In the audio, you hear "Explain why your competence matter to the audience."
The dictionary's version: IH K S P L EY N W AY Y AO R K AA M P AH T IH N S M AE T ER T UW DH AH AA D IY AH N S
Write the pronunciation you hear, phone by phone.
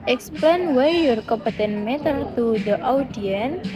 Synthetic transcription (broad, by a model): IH K S P L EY N W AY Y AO R K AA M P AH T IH N M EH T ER T UW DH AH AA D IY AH N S